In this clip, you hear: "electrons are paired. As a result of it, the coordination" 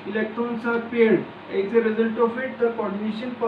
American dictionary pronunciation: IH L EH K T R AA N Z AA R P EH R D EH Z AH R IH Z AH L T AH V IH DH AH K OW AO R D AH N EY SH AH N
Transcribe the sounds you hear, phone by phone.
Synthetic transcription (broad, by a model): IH L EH K T R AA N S AA R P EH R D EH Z AH R IH Z AH L T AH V IH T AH K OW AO R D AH N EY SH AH N